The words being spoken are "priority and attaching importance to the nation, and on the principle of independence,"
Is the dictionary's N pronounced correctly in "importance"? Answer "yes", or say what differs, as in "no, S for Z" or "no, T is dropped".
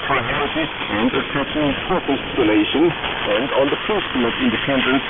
no, L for N